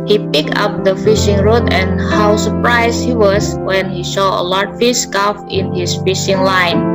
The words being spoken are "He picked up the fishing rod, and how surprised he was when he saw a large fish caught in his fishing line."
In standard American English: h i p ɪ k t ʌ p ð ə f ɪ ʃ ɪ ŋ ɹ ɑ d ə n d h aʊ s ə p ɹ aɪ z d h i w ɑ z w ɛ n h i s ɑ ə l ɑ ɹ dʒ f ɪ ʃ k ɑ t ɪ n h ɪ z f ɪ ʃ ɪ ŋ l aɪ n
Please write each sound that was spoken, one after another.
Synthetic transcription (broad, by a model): h i p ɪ k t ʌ p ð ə f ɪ ʃ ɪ ŋ ɹ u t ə n h aʊ s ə p ɹ aɪ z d h i w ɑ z w ɛ n h i ʃ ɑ ə l ɑ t f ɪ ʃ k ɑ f ɪ n h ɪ s f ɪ ʃ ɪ ŋ l aɪ n